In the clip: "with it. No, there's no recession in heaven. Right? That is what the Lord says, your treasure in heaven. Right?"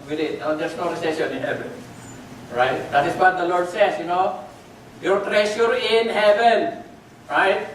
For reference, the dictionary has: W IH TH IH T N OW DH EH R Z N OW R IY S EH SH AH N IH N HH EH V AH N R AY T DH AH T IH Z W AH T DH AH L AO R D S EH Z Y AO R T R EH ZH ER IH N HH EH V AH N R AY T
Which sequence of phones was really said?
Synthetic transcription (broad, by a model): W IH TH IH T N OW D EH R S N OW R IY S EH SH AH N IH N HH EH V AH N R AY T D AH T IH S W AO T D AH L AO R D S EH S Y AO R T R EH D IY IH N HH EH V AH N R AY T